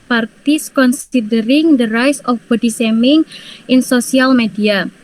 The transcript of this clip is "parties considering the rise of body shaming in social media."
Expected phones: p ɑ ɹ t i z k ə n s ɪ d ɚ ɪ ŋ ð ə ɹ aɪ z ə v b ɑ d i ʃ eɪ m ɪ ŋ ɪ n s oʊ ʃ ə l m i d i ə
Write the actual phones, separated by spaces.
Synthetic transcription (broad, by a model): p ɑ ɹ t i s k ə n s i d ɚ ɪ ŋ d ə ɹ aɪ s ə f b ɑ d i s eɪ m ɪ ŋ ɪ n s oʊ s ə l m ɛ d i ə